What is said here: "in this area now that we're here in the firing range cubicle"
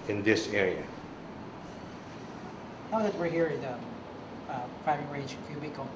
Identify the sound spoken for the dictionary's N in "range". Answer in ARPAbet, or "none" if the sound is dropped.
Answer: none